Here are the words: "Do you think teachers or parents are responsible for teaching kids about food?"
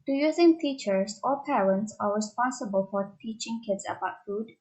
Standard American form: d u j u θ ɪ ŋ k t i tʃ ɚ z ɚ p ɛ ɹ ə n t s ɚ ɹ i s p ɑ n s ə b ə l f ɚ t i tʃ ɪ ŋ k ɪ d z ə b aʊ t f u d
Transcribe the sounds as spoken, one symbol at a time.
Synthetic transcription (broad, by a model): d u j u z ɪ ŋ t i tʃ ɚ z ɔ p ɛ ɹ ə n t s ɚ ɹ i s p ɑ n s ə b ə l f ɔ t i tʃ ɪ ŋ k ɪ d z ə b aʊ t f u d